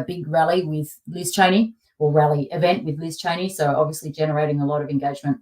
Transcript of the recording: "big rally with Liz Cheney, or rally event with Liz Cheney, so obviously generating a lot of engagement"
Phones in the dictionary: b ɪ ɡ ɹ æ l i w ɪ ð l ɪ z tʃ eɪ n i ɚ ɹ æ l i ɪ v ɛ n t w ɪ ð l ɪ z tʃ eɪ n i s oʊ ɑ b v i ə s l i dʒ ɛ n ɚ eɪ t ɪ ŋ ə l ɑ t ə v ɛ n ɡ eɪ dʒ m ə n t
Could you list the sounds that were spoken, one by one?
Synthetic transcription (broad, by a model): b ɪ ɡ ɹ æ l i w ɪ ð l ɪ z tʃ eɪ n i ɚ ɹ æ l i ɪ v ɛ n t w ɪ ð l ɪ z tʃ eɪ n i s oʊ ɑ b v i ə s l i dʒ ɛ n ɚ eɪ t ɪ ŋ ə l ɑ t ə v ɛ n ɡ eɪ dʒ m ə n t